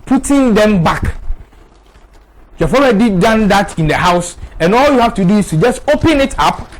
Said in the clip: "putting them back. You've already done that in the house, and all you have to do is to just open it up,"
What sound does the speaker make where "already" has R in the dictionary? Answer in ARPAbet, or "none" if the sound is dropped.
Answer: L